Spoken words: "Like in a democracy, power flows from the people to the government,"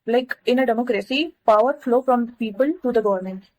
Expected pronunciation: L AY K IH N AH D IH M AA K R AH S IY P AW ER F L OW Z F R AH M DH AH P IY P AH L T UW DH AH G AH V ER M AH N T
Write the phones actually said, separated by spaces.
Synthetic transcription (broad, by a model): L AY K IH N AH D IH M AA K R AH S IY P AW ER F L OW F R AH M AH P IY P AH L T UW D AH G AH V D M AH N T